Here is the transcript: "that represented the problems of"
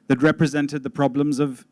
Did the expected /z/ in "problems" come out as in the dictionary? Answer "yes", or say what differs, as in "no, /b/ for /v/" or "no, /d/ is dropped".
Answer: yes